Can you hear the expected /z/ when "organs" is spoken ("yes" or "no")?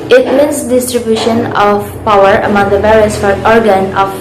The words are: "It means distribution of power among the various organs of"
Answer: no